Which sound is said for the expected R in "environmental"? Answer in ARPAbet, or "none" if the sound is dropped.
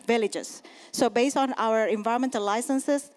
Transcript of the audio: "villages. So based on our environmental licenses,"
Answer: none